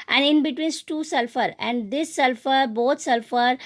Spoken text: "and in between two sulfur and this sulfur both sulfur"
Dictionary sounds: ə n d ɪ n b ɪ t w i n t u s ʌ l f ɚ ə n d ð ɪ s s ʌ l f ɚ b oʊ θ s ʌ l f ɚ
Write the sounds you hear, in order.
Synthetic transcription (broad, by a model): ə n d ɪ n b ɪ t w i n t u s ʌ l f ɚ ə n d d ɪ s s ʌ l f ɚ b oʊ t s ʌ l f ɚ